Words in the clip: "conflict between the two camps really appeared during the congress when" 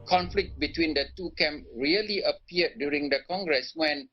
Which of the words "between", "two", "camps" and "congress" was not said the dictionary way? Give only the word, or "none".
camps